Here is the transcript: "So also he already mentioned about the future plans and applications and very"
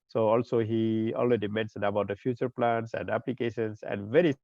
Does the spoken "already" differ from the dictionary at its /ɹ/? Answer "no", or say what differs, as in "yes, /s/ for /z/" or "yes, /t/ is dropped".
yes, /l/ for /ɹ/